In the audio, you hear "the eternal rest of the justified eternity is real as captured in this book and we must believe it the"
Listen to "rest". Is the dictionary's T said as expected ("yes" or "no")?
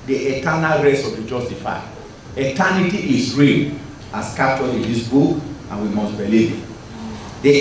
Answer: no